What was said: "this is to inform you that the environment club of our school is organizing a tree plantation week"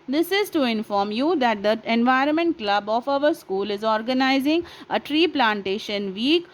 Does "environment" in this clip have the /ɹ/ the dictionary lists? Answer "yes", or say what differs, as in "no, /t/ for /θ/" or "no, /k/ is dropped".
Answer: yes